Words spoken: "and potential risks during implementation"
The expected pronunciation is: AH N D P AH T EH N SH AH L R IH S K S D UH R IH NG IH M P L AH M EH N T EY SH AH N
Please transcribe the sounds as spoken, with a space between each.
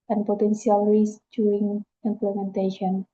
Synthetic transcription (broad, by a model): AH N P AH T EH N S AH L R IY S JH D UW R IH NG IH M P L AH M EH N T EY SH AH N